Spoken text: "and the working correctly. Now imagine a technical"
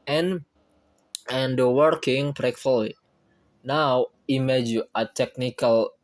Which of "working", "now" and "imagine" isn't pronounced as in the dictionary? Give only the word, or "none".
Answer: imagine